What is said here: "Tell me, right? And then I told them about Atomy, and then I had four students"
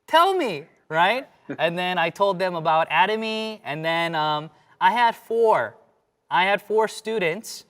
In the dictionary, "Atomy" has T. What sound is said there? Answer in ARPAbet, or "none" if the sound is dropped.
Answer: T